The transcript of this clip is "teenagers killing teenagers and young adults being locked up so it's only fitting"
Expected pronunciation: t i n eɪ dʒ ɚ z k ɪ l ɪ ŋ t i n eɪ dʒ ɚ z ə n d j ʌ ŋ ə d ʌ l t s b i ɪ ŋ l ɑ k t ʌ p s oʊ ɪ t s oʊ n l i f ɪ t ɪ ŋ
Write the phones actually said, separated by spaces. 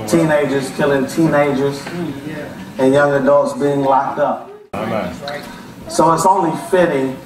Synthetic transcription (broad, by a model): t i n eɪ dʒ ɚ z k ɪ l ɪ ŋ t i n eɪ dʒ ɚ z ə n j ʌ ŋ ə d ʌ l t s b i ɪ ŋ l ɑ k t ʌ p s oʊ ɪ t s oʊ n l i f ɪ t ɪ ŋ